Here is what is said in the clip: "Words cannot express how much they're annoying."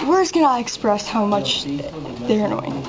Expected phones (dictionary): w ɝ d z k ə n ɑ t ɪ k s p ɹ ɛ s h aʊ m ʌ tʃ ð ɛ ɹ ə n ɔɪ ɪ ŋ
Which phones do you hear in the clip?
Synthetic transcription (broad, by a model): w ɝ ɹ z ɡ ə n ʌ ɪ k s p ɹ ɛ s h aʊ m ʌ tʃ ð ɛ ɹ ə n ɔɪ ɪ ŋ